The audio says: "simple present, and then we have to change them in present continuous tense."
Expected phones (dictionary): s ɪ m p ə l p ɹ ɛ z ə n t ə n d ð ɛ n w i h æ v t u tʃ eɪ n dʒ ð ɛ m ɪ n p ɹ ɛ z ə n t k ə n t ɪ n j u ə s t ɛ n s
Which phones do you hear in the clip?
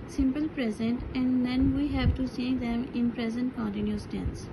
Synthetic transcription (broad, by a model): s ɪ m p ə l p ɹ ɛ z ə n t ə n d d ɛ n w i h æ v t u s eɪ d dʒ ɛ m ɪ n p ɹ ɛ z ə n t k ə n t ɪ n j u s t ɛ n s